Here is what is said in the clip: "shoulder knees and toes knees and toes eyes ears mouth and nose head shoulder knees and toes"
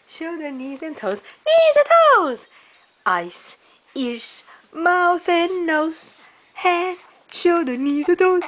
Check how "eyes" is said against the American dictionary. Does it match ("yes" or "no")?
no